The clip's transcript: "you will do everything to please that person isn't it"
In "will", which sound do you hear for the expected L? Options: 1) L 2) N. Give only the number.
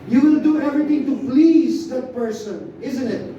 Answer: 2